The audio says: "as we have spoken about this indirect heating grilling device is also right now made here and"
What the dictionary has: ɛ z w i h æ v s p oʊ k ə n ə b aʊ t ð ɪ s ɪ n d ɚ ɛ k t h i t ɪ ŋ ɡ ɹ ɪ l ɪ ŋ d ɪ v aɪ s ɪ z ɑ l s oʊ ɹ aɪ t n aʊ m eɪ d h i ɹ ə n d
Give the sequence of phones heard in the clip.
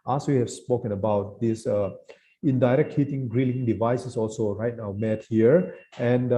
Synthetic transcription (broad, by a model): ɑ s w i h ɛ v s p oʊ k ə n ə b aʊ t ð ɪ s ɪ n d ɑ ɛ k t h i t ɪ ŋ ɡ ɹ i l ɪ ŋ d ɪ v aɪ s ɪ s ɑ l s oʊ ɹ aɪ t n aʊ m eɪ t h i ɹ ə n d